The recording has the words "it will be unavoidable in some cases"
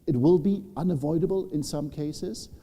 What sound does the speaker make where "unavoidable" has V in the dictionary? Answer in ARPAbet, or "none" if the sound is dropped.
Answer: V